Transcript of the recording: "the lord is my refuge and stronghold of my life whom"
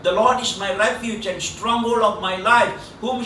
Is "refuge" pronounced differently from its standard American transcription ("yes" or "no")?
yes